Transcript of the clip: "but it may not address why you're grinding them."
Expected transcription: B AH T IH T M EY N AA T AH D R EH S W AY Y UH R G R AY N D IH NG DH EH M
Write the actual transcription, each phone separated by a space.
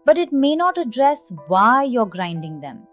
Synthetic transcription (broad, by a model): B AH T IH T M EY N AA T AH D R EH S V AY Y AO R G R AY N D IH NG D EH M